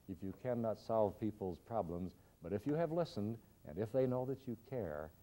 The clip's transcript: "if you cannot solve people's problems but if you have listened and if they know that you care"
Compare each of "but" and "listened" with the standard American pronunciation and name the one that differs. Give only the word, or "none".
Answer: none